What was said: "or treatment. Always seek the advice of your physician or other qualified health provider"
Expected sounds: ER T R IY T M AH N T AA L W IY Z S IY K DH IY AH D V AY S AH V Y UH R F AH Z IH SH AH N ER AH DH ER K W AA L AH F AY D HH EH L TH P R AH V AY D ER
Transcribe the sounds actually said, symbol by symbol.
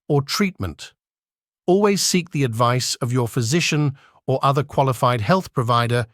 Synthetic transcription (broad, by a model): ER T R IY T M AH N T AA L W IY Z S IY K DH IY AH D V AY S AH V Y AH R F AH Z IH SH AH N ER AH DH ER K W AA L AH F AY D HH EH L TH P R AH V AY D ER